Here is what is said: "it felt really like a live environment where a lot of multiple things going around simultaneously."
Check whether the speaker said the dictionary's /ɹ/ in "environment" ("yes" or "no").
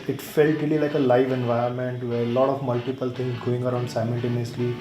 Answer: no